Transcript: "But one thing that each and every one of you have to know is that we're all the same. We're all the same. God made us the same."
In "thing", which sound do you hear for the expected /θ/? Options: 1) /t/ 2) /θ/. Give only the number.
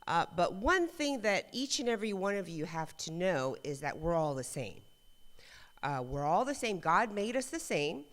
2